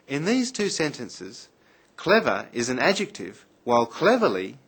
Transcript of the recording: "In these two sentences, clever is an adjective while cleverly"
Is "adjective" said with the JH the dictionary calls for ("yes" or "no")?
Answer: yes